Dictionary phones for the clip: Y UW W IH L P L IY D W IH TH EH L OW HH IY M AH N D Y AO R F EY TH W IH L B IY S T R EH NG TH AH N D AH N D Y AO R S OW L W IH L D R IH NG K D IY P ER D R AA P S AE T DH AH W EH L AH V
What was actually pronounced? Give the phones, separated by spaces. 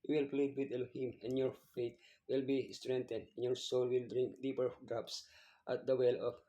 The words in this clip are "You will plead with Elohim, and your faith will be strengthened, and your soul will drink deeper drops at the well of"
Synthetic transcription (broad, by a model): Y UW W IH L P L IY D W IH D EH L HH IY M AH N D Y AO R F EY T W IH L B IY S T R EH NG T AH N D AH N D Y AO R S OW L W IH L D R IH NG K D IY P ER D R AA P S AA T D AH W EH L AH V